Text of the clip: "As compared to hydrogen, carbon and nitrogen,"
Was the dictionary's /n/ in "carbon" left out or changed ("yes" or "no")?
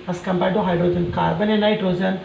no